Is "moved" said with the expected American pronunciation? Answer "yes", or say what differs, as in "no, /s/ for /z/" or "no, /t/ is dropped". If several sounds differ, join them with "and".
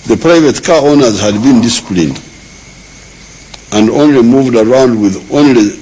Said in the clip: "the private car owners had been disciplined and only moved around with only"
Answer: yes